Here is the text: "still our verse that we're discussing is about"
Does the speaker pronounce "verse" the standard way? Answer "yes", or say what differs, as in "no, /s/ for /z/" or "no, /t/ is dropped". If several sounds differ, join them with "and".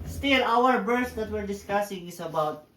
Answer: no, /b/ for /v/